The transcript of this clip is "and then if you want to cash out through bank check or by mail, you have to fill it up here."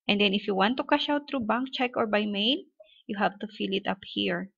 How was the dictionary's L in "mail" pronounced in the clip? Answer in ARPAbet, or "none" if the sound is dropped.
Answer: N